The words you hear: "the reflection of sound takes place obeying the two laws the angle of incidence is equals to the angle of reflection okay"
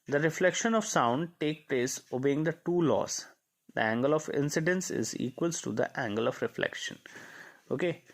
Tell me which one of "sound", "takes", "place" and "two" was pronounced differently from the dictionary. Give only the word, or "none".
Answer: takes